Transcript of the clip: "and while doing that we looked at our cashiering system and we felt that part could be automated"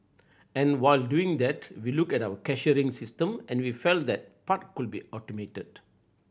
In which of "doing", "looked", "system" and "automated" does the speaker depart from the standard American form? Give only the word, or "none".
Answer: looked